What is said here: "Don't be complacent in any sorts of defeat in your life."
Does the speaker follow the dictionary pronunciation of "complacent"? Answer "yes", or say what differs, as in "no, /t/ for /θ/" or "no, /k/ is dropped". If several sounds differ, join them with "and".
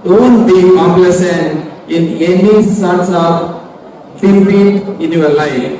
no, /p/ is dropped and /t/ is dropped